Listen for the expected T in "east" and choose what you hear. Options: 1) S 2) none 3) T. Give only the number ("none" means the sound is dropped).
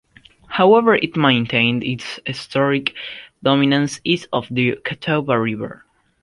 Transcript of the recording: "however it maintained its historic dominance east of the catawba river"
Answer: 2